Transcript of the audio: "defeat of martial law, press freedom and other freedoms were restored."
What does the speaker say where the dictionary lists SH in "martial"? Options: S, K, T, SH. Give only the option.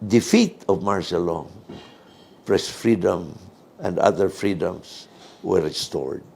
S